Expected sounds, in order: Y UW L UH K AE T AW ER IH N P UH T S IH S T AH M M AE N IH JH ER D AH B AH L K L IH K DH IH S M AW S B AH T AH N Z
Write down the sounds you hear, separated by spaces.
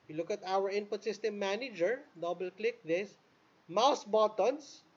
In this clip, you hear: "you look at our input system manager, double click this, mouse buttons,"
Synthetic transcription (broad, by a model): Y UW L UH K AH T AW ER IH N P UH T S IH S T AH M M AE N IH JH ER D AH B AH L K L IH K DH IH S M AW S B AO T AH N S